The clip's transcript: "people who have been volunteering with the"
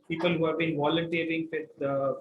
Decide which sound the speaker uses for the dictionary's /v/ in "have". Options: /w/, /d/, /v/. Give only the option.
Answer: /v/